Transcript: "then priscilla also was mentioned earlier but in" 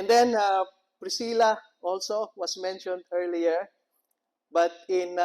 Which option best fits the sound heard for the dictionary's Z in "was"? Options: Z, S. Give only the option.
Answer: S